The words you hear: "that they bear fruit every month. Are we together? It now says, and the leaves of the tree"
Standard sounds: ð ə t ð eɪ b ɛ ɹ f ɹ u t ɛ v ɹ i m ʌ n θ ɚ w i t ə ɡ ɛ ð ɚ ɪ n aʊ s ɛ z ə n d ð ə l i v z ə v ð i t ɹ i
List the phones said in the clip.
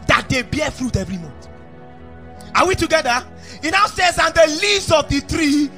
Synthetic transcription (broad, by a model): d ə t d eɪ b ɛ f ɹ u t ɛ v ɹ i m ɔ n t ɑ w i t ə ɡ ɛ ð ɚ ɪ n aʊ s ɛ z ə n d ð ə l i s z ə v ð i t ɹ i